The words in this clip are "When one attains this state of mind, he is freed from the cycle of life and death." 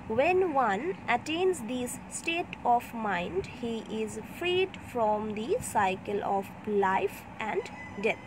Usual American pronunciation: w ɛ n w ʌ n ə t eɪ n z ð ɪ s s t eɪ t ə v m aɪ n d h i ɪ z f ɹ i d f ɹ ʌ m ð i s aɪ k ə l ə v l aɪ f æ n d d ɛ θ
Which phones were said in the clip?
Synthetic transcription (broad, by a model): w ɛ n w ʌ n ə t eɪ n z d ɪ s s t eɪ t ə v m aɪ n d h i ɪ z f ɹ i d f ɹ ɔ m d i s aɪ k ə l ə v l aɪ f æ n d d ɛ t